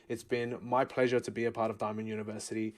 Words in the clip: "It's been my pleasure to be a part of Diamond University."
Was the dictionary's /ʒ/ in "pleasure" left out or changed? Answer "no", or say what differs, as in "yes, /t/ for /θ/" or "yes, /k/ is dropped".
no